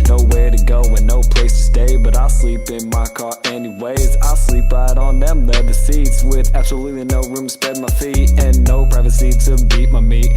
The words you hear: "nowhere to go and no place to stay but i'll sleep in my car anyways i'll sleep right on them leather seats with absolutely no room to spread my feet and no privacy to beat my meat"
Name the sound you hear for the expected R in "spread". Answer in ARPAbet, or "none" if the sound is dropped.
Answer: none